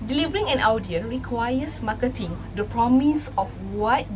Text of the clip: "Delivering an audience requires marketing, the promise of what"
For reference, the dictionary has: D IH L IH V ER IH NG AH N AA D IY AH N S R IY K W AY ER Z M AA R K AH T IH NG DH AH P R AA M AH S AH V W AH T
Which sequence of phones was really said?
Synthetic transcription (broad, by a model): D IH L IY V ER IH NG AH N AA D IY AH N R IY K W AY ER S M AA K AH T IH NG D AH P R AA M AH S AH F W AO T